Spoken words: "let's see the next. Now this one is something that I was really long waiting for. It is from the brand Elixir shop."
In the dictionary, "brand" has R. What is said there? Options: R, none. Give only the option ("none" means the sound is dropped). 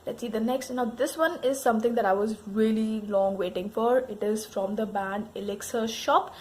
none